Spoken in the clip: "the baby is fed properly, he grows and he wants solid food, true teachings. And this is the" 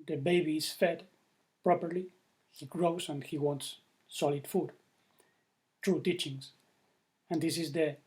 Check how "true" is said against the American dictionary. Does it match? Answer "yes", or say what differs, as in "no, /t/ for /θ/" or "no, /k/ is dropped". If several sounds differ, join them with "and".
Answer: yes